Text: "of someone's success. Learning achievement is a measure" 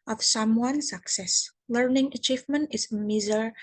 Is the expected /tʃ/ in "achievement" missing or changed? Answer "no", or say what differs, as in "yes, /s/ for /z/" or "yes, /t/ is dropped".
no